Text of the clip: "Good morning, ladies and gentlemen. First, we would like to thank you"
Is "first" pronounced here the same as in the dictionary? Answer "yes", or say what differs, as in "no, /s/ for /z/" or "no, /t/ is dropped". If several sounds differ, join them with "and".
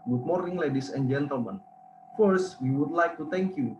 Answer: yes